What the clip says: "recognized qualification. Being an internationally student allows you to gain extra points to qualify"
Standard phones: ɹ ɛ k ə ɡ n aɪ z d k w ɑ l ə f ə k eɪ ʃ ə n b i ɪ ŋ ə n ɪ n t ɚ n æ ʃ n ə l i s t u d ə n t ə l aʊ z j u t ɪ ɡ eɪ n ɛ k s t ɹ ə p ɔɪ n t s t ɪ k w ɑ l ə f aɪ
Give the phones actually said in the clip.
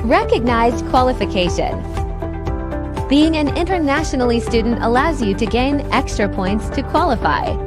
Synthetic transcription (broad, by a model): ɹ ɛ k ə ɡ n aɪ z d k w ɑ l ə f ə k eɪ ʃ ə n b i ɪ ŋ ə n ɪ n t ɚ n æ ʃ n l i s t u d n t ə l aʊ z j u t ɪ ɡ eɪ n ɛ k s t ɹ ə p ɔɪ n t s t ɪ k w ɑ l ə f aɪ